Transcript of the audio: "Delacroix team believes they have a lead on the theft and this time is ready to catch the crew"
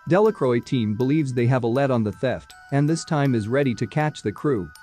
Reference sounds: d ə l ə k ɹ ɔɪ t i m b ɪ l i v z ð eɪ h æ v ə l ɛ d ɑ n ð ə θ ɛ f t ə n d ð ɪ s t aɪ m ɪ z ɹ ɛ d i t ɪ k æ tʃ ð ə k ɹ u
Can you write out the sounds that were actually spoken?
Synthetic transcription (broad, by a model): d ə l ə k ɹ ɔɪ t i m b ɪ l i v z ð eɪ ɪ v ə l ɛ d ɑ n ð ə θ ɛ f t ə n ð ɪ s t aɪ m ɪ z ɹ ɛ d i t ɪ k æ tʃ ð ə k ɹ u